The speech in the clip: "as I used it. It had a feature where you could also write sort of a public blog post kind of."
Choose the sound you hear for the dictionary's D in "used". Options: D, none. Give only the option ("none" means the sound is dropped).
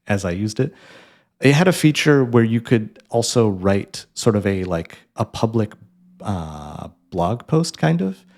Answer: D